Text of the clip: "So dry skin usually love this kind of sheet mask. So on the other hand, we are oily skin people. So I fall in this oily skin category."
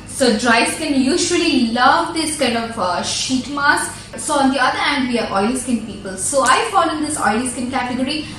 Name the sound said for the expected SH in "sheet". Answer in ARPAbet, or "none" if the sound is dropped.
SH